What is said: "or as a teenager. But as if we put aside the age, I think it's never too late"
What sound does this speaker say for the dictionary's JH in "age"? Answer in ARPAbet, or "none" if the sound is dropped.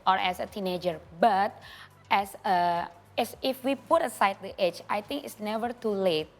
CH